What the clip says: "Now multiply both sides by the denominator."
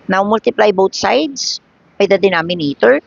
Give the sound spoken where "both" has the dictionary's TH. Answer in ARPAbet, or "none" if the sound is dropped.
T